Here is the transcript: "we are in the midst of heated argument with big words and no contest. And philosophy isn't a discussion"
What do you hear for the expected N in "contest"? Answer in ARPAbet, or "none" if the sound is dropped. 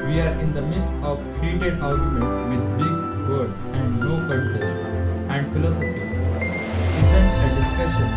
L